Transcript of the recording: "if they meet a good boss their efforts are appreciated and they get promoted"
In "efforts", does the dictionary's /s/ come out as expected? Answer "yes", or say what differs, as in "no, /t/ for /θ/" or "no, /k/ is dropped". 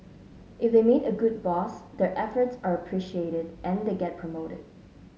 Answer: yes